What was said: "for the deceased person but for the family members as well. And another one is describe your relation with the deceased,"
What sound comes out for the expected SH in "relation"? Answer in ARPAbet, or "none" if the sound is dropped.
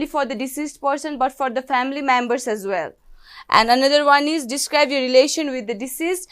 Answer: SH